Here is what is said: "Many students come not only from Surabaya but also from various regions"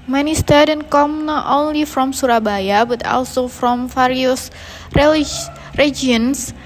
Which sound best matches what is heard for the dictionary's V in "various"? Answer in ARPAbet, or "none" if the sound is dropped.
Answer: F